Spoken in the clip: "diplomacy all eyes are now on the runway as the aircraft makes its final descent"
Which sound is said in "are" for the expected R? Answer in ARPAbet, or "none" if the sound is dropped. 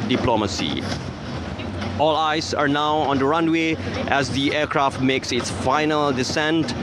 R